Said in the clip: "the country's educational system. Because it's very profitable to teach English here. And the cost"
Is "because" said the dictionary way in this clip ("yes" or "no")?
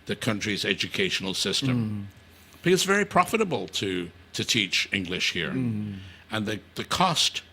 no